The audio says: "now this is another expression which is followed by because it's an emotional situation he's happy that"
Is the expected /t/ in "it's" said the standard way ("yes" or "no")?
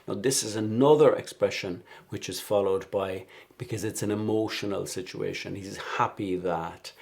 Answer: yes